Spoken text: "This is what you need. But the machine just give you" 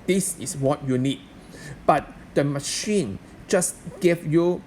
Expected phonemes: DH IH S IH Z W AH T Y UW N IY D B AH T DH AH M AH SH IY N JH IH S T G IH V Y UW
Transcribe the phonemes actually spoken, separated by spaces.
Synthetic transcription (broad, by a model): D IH S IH S W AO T Y UW N IY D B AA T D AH M AH SH IY N JH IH S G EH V Y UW